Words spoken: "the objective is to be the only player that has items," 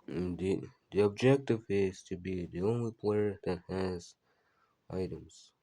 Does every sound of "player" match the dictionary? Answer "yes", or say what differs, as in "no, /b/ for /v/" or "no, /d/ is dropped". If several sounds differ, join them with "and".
yes